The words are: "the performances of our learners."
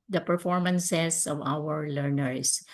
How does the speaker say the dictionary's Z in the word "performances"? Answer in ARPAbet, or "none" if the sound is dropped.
S